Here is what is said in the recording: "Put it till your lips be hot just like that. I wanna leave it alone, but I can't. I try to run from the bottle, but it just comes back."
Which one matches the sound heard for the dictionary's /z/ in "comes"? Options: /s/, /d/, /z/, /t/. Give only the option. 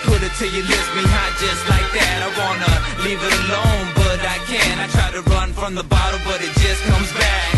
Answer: /z/